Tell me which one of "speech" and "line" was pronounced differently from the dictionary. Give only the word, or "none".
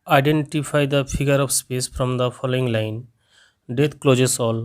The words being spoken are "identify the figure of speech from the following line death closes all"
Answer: speech